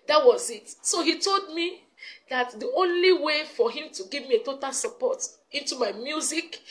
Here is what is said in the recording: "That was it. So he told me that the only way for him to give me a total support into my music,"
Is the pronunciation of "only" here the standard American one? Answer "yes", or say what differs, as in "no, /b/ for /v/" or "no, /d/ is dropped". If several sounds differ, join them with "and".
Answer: yes